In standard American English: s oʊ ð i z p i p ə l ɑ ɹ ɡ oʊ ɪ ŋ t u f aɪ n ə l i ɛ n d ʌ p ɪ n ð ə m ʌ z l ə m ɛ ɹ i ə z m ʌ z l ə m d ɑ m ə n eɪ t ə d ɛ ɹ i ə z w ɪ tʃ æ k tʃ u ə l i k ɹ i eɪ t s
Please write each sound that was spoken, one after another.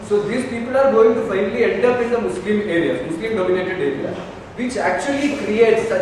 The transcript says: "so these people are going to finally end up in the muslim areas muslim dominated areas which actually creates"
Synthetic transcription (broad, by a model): s oʊ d i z p i p ə l ɑ ɹ ɡ oʊ ɪ ŋ t u f aɪ n ə l i ɛ n d ʌ p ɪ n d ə m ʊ s l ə m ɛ ɹ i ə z m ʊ s l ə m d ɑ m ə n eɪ t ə d ɛ ɹ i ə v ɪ tʃ æ k tʃ u ə l i k ɹ i eɪ t s